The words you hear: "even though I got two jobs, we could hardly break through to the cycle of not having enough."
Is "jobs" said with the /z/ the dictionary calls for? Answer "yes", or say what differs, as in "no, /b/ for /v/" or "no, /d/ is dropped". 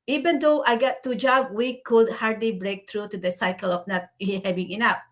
no, /z/ is dropped